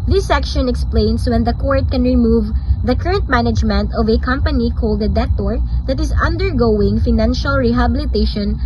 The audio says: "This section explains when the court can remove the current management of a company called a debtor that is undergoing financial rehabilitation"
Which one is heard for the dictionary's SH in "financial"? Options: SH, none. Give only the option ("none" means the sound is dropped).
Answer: SH